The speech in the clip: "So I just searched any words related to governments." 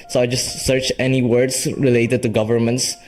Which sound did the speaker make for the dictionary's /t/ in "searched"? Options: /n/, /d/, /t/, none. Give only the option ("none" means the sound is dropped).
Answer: none